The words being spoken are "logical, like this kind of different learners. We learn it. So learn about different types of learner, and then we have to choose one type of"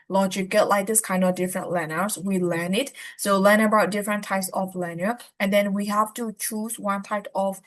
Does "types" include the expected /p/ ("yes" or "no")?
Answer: yes